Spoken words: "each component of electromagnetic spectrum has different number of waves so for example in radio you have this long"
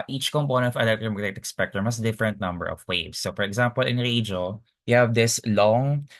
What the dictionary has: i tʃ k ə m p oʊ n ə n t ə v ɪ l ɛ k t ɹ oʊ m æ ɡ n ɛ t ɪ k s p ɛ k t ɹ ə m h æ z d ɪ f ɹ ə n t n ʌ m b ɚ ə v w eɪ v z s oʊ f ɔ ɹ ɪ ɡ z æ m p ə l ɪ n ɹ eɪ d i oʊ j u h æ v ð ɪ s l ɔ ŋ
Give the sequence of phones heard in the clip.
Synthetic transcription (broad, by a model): i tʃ k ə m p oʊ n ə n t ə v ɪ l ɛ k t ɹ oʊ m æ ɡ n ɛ t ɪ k s p ɛ k t ə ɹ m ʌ s d ɪ f ɹ ə n t n ʌ m b ɚ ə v w eɪ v s oʊ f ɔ ɹ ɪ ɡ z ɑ m p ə l ɪ n ɹ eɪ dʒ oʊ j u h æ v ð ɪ s l ɔ ŋ